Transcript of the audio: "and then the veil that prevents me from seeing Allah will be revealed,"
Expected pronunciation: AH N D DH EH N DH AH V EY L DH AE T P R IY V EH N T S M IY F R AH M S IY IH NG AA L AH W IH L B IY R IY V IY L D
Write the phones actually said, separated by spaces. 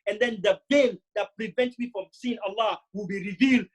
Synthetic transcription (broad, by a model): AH N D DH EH N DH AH B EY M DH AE T P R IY V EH N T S M IY F R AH M S IY IH NG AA L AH W IH L B IY R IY V IY L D